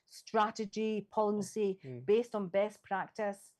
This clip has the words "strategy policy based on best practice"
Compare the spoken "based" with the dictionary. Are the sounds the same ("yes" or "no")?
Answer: yes